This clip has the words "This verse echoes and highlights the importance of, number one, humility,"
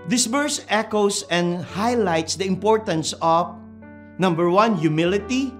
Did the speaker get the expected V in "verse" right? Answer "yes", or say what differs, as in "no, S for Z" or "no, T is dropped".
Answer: no, B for V